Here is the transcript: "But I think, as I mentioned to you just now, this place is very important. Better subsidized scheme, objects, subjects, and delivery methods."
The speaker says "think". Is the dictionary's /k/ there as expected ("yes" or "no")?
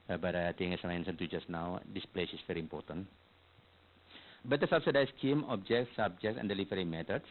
no